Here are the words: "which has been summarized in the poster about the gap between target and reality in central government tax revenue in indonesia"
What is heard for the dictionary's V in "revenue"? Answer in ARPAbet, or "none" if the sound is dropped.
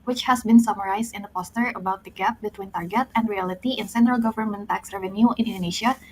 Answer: V